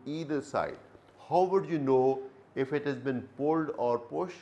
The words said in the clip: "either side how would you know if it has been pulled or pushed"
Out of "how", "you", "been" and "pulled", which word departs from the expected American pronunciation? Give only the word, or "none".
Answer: none